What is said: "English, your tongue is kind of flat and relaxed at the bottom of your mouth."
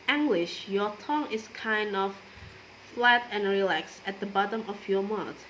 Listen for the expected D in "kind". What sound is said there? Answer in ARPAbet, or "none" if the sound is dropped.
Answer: D